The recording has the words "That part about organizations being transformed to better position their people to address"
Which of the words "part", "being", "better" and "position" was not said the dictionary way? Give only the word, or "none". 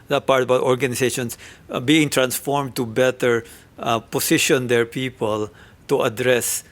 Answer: position